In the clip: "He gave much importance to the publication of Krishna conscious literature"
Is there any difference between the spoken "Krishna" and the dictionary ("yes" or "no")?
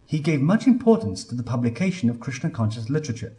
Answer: yes